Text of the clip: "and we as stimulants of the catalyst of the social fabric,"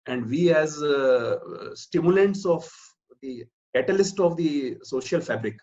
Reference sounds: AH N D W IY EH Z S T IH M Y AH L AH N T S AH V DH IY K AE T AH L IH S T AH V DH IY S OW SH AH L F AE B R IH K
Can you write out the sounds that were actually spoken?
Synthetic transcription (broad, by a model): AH N D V IY EH Z S T IH M Y AH L AH N T S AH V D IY K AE T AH L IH S T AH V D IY S OW SH AH L F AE B R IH K